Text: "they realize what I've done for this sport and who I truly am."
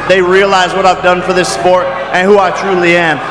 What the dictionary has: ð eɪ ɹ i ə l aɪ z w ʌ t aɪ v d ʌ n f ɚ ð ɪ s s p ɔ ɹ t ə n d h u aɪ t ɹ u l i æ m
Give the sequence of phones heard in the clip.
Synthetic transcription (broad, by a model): ð eɪ ɹ i ə l aɪ z w ʌ t aɪ v d ʌ n f ɚ ð ɪ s s p ɔ ɹ t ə n h u aɪ t ɹ u l i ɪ m